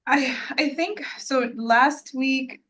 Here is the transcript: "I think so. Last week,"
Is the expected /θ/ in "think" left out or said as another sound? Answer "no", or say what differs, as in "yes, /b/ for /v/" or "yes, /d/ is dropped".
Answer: no